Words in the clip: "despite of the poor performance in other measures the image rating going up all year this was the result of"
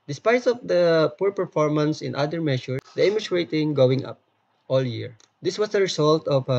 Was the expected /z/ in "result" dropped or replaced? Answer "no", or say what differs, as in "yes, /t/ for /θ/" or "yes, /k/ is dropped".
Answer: yes, /s/ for /z/